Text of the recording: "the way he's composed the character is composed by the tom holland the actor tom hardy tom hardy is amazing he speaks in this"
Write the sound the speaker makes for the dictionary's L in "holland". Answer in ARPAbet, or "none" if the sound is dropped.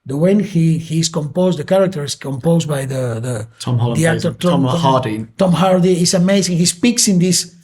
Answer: none